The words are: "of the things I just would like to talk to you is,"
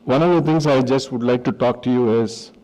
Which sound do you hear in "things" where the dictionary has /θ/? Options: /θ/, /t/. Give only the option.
/t/